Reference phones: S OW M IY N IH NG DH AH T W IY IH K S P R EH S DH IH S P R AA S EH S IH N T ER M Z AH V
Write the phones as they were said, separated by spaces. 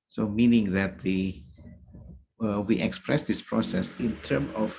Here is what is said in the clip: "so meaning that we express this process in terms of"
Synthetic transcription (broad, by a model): S OW M IY N IH NG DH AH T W IY IH K S P R EH S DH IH S P R AA S EH S IH N T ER M AH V